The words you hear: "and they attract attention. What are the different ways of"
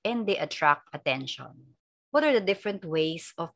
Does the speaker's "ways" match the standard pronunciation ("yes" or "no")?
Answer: no